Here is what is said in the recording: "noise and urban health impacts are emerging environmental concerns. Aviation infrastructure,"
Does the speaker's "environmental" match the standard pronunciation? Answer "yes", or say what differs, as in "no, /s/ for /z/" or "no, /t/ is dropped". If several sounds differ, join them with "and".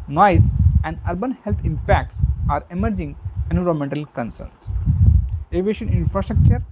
no, /v/ is dropped and /n/ is dropped